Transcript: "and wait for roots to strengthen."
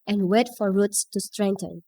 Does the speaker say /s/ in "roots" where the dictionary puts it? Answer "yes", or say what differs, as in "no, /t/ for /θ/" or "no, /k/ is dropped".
yes